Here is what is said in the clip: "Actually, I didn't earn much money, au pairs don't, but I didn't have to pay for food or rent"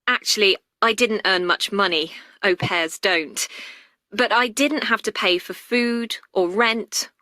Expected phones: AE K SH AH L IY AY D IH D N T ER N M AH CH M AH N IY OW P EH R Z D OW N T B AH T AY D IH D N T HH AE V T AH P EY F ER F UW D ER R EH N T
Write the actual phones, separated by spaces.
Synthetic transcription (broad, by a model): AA K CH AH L IY AY D IH D N T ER N M AH CH M AH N IY OW P EH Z D OW N T B AH T AY D IH D N T HH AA F T AH P EY F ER F UW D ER R EH N T